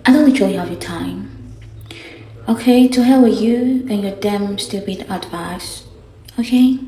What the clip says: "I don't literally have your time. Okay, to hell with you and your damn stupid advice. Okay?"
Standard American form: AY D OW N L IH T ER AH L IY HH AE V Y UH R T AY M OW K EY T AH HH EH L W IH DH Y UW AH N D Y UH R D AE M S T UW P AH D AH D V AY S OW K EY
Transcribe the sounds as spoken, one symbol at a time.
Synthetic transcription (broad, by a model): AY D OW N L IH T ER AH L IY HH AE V Y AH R T AY M OW K EY T AH HH EH L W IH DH Y UW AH N Y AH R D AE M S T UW B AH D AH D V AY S OW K EY